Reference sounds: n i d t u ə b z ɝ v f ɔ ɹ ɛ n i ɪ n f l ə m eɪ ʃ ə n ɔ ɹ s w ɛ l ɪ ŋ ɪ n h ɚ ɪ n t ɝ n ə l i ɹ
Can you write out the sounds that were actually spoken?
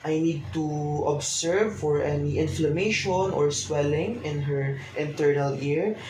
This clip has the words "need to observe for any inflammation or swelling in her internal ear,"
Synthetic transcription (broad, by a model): n i d t u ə b s ɝ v f ɔ ɹ ɛ n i ɪ n f l ə m eɪ ʃ ə n ɔ ɹ s w ɛ l ɪ ŋ ɪ n h ɚ ɪ n t ɝ n ə l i ɹ